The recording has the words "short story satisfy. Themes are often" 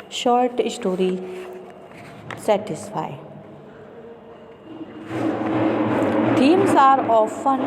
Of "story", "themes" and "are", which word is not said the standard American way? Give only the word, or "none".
themes